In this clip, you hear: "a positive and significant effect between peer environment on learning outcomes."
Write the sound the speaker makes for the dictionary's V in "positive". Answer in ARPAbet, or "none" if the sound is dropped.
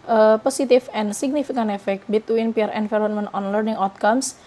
F